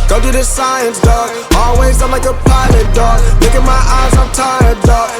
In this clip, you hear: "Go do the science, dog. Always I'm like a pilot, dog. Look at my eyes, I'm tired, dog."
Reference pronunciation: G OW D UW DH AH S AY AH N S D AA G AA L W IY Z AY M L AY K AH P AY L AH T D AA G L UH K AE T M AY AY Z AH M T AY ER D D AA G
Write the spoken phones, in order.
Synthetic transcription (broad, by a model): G OW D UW DH AH S AY AH N S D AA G AA L W IY Z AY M L AY K AH P AY L AH T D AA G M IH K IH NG M AY AY Z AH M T AY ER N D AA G